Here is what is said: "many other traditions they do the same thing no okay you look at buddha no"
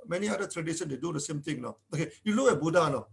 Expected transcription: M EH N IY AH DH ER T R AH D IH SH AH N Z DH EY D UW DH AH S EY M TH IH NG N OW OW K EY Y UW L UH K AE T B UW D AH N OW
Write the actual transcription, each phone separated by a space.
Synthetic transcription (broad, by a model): M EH N IY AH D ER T R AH D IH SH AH N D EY D UW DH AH S EY M T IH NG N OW OW K EY Y UW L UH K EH B UW D AH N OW